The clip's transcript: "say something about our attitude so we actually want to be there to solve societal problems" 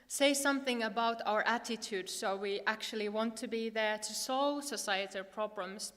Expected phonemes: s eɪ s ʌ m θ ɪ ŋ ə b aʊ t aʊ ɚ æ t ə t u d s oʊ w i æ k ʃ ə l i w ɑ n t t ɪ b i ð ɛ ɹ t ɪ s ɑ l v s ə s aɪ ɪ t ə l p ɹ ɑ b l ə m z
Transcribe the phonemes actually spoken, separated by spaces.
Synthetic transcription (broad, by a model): s eɪ s ʌ m θ ɪ ŋ ə b aʊ t aʊ ɚ æ t ə t u d s oʊ w i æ k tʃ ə l i w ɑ n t t ɪ b i ð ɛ ɹ t ɪ s ɑ l v s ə s aɪ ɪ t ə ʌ p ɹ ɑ b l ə m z